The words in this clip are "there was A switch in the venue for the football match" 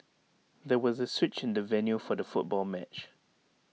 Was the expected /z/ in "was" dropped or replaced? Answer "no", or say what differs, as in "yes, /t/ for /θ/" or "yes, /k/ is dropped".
no